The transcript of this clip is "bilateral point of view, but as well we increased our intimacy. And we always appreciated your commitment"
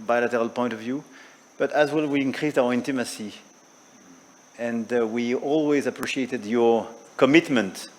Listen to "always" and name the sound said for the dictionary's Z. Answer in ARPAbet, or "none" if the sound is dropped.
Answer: Z